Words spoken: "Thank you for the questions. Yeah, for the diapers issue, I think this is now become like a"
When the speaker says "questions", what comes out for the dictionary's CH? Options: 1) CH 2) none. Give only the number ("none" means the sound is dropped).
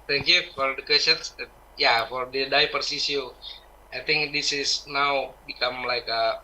2